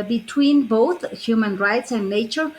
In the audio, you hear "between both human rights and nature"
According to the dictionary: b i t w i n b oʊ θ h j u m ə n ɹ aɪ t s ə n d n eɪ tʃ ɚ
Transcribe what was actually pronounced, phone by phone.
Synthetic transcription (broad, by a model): b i t w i n b oʊ θ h j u m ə n ɹ aɪ t s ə n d n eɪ tʃ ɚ